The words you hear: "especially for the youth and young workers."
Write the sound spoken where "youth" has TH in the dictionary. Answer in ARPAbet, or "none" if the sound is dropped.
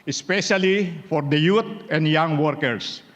T